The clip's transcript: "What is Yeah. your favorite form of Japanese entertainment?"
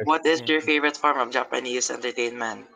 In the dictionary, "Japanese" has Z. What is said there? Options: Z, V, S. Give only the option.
S